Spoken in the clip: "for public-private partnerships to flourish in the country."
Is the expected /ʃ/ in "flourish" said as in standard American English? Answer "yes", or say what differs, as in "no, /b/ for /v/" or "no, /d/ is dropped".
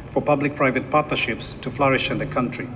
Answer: yes